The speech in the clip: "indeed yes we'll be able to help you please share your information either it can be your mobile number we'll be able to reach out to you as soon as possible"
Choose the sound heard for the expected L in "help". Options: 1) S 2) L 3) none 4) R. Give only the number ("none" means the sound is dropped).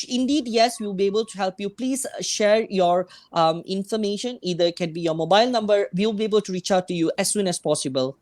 2